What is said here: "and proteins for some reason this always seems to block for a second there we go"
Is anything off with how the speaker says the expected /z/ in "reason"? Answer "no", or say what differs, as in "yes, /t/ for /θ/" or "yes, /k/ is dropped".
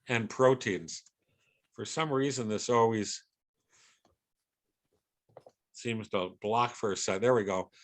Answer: no